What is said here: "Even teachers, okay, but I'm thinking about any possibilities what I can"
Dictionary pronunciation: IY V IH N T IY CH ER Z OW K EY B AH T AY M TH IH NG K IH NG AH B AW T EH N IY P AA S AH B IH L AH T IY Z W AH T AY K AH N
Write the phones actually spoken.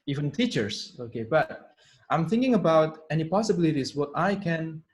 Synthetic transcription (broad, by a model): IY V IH N T IY CH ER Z OW K EY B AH T AY M TH IH NG K IH NG AH B AW T EH N IY P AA S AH B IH L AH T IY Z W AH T AY K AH N